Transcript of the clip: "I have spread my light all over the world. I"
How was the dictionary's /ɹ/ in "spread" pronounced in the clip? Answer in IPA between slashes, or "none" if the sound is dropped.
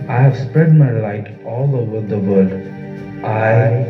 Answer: /ɹ/